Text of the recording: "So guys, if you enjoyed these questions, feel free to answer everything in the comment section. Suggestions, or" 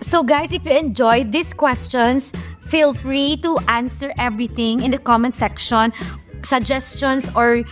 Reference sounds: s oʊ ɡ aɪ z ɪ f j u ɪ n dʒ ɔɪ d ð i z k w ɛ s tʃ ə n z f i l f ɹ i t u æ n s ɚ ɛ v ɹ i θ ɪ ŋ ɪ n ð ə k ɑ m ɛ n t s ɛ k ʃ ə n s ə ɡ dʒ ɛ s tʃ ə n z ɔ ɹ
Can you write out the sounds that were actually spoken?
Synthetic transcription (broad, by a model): s oʊ ɡ aɪ s ɪ f j u ɪ n dʒ ɔɪ d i s k w ɛ s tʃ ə n s f i l f ɹ i t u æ n s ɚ ɛ v ɹ i θ ɪ ŋ ɪ n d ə k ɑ m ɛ n s ɛ k ʃ ə n s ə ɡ dʒ ɛ s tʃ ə n s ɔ ɹ